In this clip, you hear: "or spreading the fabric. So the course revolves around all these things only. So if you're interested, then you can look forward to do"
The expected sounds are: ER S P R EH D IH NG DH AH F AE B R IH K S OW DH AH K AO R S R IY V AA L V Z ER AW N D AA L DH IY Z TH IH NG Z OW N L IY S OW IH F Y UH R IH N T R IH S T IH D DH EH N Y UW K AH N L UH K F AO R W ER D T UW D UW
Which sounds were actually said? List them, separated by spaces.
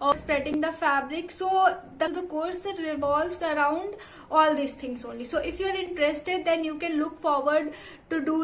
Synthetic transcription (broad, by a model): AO S P R EH D IH NG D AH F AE B R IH K S OW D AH K AO R S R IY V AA L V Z ER AW N D AA L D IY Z T IH NG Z OW N L IY S OW IH F Y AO R IH N T R IH S T IH D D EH N Y UW K AH N L UH K F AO R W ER D T UW D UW